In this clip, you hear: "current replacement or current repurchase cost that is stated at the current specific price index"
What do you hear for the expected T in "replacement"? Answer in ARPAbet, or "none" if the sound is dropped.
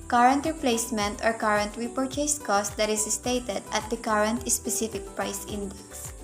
T